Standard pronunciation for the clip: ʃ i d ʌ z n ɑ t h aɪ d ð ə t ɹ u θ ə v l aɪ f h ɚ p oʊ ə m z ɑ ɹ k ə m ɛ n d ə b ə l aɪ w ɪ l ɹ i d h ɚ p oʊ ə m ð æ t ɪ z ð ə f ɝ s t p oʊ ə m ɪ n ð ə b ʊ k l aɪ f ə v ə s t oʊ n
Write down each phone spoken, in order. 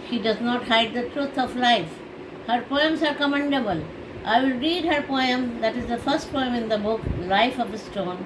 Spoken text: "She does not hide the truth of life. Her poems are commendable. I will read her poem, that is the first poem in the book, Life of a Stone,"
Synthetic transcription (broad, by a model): ʃ i d ʌ z n ɑ t h aɪ d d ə t ɹ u t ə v l aɪ f h ɚ p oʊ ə m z ɑ ɹ k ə m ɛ n d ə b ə l aɪ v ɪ l ɹ i d h ɚ p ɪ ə m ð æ t ɪ z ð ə f ɝ s t p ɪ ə m ɪ n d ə b ʊ k l aɪ f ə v ə s t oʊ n